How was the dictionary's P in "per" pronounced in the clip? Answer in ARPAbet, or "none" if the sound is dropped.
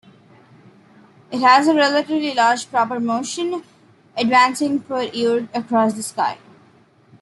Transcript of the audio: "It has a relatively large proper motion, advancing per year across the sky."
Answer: F